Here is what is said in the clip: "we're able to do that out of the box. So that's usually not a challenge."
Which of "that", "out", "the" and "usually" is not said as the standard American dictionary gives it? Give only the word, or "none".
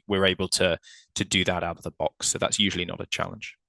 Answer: none